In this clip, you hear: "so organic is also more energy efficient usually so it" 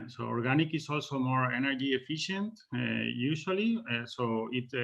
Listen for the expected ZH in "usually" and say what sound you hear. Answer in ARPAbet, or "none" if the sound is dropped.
SH